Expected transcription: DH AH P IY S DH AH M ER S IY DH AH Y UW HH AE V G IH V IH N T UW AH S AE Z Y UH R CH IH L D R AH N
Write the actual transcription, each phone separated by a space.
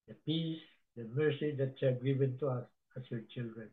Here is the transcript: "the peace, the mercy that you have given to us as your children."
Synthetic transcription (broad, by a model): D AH P IY S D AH M ER S IY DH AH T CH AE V G IH V IH N T UW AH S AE S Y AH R CH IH L D R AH N